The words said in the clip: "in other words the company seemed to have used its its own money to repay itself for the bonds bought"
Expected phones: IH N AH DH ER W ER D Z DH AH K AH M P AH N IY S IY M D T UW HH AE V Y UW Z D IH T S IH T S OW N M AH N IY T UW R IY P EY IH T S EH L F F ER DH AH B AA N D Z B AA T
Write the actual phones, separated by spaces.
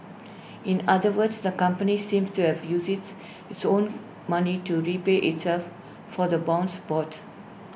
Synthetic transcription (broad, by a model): IH N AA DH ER W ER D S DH AH K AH M P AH N IY S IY M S T UW HH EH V Y UW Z IH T IH T S OW N M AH N IY T UW R IY P EY IH T S EH L F F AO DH AH B AA N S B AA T